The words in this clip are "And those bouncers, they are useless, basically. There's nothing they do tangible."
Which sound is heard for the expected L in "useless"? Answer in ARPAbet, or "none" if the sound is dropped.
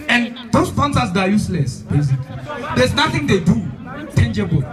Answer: L